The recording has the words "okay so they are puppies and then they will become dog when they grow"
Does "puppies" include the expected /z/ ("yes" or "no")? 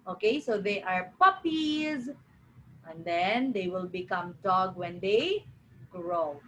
yes